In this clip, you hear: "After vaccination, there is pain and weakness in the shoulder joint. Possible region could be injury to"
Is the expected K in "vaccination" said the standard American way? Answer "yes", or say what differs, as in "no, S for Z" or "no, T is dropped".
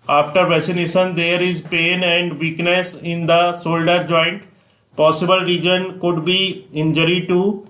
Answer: no, K is dropped